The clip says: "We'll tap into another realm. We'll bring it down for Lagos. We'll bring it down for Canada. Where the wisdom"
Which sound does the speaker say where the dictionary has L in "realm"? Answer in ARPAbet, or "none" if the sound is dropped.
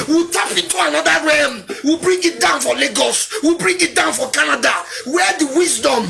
none